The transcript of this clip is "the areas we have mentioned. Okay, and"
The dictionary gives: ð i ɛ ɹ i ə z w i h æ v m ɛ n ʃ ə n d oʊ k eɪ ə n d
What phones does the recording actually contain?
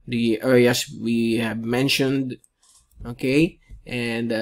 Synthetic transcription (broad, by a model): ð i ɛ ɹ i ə s w i h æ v m ɛ n ʃ ə n d oʊ k eɪ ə n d